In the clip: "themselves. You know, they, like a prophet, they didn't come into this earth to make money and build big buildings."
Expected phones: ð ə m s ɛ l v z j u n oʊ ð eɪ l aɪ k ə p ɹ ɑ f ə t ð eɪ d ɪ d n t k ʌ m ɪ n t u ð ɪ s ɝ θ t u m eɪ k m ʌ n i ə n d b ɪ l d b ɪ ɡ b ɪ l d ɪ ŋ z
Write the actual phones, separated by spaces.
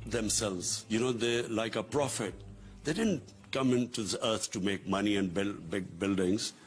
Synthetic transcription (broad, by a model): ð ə m s ɛ l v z j u n oʊ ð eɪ l aɪ k ə p ɹ ɑ f ə t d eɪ d ɪ d n t k ʌ m ɪ n t u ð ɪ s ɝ t t u m eɪ k m ʌ n i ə n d b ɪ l b ɪ ɡ b ɪ l d ɪ ŋ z